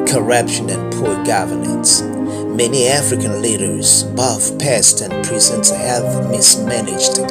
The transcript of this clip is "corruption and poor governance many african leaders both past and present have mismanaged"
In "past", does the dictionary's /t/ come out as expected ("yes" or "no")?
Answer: yes